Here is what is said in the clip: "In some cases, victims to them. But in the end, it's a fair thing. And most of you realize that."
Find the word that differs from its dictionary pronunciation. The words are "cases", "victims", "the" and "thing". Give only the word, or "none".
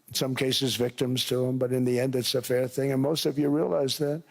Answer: none